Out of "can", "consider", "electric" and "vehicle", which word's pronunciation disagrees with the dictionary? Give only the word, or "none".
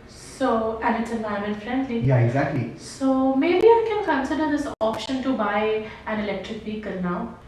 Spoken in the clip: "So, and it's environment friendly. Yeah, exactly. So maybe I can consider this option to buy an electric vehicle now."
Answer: vehicle